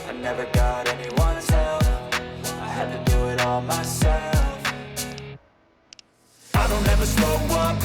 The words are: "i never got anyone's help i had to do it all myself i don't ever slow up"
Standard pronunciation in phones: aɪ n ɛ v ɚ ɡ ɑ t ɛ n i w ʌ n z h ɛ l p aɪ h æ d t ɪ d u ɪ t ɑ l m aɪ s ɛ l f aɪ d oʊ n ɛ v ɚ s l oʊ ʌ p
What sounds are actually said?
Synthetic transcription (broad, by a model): aɪ n ɛ v ɚ ɡ ɑ t ɛ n i w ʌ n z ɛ l f aɪ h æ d t ɪ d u ɪ t ɑ l m aɪ s ɛ l f aɪ d oʊ n ɛ v ɚ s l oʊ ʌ